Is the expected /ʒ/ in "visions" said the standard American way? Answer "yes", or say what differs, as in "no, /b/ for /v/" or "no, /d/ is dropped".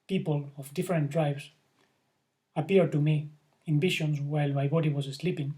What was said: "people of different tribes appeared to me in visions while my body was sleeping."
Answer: no, /ʃ/ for /ʒ/